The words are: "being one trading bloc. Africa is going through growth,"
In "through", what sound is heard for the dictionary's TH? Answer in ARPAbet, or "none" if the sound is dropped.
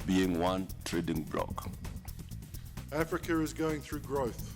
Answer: TH